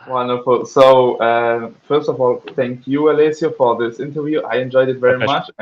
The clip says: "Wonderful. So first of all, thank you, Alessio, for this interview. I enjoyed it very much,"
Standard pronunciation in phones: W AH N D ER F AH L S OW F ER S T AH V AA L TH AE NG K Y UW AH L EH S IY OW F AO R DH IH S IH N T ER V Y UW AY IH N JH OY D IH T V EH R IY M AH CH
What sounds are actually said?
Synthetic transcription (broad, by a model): W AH N D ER F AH L S OW F ER S T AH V AA L TH AE NG K Y UW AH L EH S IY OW F AO R DH IH S IH N T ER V Y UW AY IH N JH OY D IH T V EH R IY M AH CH